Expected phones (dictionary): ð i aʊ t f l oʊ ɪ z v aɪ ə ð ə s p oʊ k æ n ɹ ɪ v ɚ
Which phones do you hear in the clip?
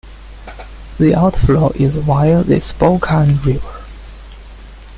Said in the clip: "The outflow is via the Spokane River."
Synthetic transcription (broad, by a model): ð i aʊ t f l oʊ ɪ z w aɪ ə ð ə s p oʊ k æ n ɹ ɪ v ɚ